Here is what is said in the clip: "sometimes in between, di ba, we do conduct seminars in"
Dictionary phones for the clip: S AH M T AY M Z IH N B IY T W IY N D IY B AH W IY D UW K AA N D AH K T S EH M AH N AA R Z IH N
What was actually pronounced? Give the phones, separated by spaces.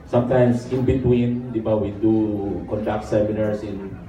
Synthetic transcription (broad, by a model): S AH M T AY M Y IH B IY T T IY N D IY B AH W IY D UW K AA N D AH K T S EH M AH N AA R S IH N